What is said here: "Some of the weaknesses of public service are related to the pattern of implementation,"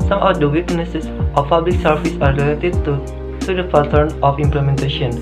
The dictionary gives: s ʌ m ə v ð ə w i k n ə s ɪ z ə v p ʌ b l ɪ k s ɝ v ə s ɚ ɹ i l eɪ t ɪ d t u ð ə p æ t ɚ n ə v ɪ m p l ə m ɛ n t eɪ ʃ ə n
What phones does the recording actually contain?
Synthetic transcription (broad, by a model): s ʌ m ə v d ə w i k n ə s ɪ s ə f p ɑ b l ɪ k s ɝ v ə s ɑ l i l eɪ t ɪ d t u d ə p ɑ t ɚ n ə f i m p l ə m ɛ n t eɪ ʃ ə n